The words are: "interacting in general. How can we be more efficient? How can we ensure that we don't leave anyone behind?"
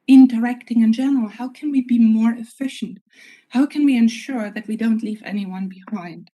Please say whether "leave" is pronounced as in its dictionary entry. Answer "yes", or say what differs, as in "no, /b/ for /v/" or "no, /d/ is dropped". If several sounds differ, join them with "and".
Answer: yes